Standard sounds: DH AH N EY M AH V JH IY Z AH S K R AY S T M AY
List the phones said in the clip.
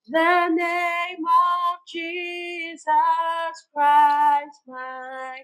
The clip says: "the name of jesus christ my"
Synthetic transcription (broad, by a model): DH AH N EY M AH V JH IY Z AH S K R AY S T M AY